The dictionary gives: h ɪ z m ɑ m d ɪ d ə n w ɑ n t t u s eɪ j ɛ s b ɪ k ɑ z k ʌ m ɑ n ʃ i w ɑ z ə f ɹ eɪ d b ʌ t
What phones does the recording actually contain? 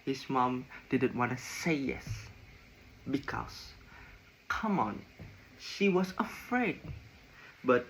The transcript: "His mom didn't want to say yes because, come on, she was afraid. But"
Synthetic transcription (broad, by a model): h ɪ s m ɑ m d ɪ d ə n w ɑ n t t u s eɪ j ɛ s b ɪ k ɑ s k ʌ m ɑ n ʃ i w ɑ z ə f ɹ eɪ d b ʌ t